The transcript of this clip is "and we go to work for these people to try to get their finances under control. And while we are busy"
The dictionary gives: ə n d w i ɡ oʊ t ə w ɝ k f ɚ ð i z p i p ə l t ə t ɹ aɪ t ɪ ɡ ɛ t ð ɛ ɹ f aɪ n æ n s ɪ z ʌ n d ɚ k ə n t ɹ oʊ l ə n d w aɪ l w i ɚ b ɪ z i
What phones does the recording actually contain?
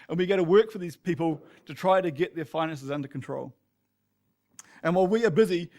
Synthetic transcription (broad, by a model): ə n w i ɡ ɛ t ə w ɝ k f ɚ ð i z p i p ə l t ə t ɹ aɪ t ɪ ɡ ɛ t ð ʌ ɹ f aɪ n æ n s ɪ z ʌ n d ɚ k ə n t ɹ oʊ l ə n w aɪ l w i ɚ b ɪ z i